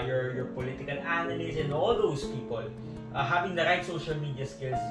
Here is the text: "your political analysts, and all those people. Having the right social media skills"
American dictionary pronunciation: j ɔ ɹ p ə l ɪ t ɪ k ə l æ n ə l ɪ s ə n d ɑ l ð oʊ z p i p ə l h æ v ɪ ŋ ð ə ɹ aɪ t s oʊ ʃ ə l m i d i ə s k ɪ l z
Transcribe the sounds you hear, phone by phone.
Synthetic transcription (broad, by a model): j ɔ ɹ p ə l ɪ t ɪ k ə l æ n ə n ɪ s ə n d ɑ l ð oʊ s p i p ə l h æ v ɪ ŋ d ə ɹ aɪ t s oʊ ʃ ə l m i d i ə s k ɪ l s